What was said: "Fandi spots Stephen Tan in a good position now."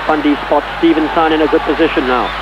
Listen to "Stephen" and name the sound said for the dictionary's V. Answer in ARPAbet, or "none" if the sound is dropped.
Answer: V